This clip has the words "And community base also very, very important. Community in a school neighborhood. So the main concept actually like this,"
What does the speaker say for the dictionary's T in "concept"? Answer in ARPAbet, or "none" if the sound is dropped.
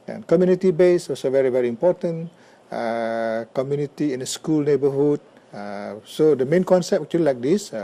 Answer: none